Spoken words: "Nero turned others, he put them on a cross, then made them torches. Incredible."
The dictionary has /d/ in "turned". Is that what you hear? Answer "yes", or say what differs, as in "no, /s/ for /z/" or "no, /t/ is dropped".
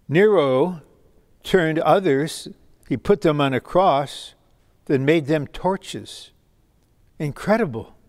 yes